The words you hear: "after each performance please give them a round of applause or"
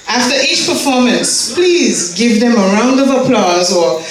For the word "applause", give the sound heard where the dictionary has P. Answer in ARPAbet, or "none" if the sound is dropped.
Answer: P